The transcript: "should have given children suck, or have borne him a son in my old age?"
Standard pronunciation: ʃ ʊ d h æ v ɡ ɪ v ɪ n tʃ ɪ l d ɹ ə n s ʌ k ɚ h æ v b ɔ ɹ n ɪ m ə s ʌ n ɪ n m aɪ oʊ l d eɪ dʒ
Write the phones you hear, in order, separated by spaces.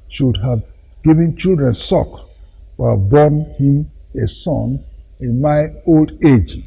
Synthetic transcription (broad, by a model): ʃ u d h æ v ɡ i v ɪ n tʃ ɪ l d ɹ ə n s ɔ k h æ v b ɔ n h ɪ m ə s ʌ n ɪ n m aɪ oʊ l d eɪ dʒ